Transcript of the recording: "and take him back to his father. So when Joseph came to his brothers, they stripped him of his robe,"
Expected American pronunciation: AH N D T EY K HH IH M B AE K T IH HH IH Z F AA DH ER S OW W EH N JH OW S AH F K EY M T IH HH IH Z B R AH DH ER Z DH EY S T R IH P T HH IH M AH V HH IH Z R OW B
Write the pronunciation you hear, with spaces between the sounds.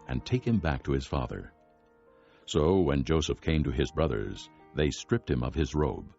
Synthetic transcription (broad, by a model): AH N T EY K HH IH M B AE K T IH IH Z F AA DH ER S OW W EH N JH OW S AH F K EY M T IH IH Z B R AH DH ER Z DH EY S T R IH P T HH IH M AH V IH Z R OW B